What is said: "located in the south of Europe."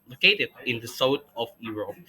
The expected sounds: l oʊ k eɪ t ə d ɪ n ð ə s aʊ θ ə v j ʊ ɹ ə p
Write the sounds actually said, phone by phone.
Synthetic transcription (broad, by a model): l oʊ k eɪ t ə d ɪ n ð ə s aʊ t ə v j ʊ ɹ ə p